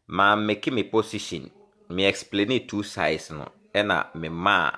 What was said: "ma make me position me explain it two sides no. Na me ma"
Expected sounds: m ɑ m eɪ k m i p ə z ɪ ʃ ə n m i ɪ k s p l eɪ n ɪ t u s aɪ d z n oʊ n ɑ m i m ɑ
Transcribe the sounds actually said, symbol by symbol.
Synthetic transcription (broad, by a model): m ɑ m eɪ k m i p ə s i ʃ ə n m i ɪ k s p l eɪ n ɪ t u s aɪ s n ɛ n ɑ m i m ɑ